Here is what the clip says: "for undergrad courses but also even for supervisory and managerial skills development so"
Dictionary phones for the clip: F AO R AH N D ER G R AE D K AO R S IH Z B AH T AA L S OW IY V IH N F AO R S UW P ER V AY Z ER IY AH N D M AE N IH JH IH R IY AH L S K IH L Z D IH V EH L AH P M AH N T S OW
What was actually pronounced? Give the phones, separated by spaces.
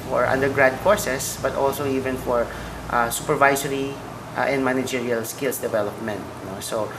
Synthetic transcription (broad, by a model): F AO R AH N D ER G R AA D K AO R S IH S B AH T AA L S OW IY V IH N F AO R S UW P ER V AY S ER IY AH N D M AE N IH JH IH R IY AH L S K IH L S D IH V EH L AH P M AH N T S OW